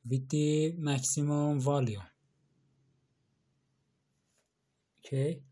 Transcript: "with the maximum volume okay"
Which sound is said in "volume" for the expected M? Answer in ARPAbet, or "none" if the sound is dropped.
none